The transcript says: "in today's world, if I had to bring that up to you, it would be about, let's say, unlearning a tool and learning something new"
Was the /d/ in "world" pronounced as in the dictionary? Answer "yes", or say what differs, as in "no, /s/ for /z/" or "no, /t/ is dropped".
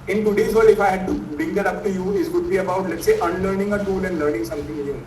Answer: no, /d/ is dropped